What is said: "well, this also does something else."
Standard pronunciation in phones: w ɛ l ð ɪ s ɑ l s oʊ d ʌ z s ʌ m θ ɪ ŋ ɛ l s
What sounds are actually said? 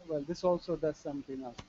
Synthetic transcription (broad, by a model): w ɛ l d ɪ s ɑ l s oʊ d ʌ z s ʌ m t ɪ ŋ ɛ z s